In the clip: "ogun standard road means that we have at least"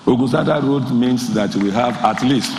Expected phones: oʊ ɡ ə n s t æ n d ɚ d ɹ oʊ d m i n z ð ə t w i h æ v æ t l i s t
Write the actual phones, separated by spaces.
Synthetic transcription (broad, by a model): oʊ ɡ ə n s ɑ d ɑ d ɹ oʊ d m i n s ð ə t w i h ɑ v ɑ t l i s t